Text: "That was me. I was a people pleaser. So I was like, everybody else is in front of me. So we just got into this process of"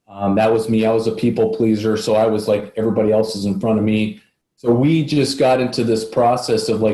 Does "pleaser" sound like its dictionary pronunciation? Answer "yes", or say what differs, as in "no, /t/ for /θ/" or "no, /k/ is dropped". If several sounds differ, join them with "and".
yes